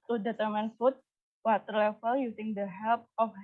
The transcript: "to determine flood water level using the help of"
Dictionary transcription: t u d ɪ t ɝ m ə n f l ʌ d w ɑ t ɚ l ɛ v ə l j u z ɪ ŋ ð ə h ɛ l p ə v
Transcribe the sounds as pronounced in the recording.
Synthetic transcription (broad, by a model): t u d ɪ t ɝ m ə n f u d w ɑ t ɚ l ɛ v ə l j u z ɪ ŋ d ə h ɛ l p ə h